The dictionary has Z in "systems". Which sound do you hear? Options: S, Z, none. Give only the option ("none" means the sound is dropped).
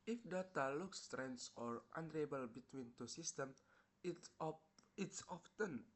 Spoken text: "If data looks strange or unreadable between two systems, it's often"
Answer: none